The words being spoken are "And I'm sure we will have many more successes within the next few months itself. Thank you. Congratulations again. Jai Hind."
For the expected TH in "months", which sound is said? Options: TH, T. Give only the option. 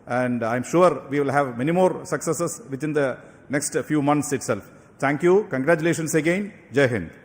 T